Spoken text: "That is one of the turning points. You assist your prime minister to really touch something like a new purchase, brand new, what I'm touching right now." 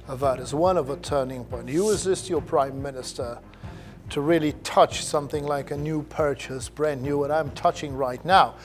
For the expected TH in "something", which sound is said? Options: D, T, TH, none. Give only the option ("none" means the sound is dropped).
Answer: TH